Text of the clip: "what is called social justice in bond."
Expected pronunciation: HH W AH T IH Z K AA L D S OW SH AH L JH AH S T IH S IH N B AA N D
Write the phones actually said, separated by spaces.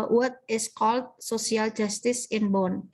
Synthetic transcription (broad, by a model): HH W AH T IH S K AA L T S OW S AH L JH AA S T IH S IH N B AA N